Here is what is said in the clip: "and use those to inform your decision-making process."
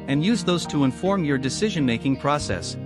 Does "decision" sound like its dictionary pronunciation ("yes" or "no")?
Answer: yes